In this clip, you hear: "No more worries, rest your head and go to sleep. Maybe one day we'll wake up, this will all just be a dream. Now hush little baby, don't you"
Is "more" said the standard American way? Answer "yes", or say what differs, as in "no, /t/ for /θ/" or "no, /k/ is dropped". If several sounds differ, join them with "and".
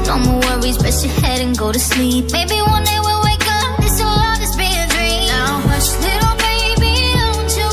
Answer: no, /w/ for /ɹ/